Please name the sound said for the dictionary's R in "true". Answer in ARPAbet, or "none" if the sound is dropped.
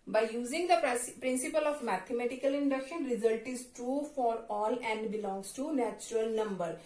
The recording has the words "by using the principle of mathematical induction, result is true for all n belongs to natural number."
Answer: R